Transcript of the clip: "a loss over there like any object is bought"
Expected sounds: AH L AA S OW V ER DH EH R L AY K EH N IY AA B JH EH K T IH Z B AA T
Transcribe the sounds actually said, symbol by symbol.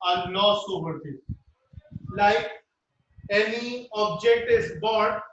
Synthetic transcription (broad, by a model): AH N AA S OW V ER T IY L AY K EH N IY AA B JH EH K T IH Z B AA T